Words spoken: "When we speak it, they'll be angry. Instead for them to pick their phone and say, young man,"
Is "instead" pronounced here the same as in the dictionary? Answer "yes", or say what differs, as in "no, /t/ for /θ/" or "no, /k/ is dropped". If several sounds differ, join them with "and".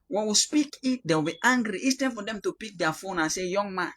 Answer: no, /n/ is dropped